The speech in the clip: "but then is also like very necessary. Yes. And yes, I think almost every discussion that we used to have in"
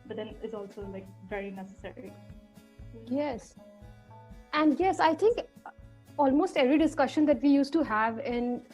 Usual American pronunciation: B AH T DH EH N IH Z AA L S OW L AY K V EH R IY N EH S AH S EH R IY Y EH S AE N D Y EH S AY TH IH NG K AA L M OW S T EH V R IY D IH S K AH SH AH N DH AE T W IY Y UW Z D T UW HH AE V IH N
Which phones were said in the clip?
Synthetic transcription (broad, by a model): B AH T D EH N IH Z AA L S OW L AY K V EH R IY N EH S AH S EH R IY Y EH S AE N D Y EH S AY T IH NG K AA L M OW S T EH V R IY D IH S K AH SH AH N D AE T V IY Y UW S T UW HH AE V IH N